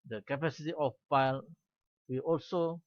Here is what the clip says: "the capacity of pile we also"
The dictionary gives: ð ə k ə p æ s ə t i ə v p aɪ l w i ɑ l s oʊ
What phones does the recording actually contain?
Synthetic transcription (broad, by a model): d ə k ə p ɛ s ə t i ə f p aɪ l w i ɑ l s oʊ